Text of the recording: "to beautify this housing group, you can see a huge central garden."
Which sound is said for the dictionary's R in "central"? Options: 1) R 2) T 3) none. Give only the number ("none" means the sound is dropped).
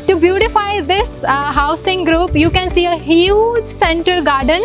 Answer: 3